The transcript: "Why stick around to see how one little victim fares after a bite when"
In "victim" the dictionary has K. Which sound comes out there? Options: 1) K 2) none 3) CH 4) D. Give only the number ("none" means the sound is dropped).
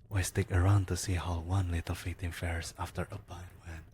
2